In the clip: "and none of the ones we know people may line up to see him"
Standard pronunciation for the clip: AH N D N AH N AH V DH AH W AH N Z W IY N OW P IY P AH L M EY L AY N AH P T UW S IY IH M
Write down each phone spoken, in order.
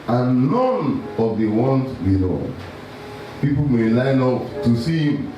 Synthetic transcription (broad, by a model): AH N N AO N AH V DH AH W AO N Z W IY L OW P IY P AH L M EY L AY N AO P T UW S IY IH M